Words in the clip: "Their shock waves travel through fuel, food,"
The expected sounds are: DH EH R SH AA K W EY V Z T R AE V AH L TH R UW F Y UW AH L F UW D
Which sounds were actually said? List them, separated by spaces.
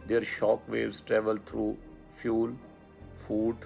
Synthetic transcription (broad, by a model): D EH R SH AA K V EY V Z T R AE V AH L T R UW F Y UW L F UW D